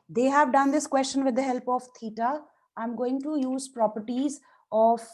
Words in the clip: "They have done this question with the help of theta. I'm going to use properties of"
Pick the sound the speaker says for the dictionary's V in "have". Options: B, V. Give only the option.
V